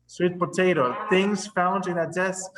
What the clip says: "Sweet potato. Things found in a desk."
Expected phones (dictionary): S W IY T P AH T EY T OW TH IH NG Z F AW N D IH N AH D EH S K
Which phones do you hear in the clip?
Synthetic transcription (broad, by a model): S W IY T P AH T EY T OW TH IH NG Z F AW N D IH N AH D EH S K